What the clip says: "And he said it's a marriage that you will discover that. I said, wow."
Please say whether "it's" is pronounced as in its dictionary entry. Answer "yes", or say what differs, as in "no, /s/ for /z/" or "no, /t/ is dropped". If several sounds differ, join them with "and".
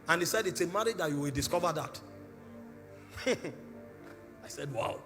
yes